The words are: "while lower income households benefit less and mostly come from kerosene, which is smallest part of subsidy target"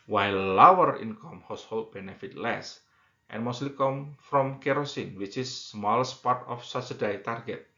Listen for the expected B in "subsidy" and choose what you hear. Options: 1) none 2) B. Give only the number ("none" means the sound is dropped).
1